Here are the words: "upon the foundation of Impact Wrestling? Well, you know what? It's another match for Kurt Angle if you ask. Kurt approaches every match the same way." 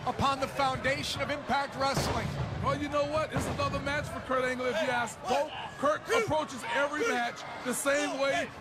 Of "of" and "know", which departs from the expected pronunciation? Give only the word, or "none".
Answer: none